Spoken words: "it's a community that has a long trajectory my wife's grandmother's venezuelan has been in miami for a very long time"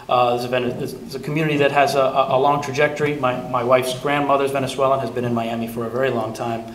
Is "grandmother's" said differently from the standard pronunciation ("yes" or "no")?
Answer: no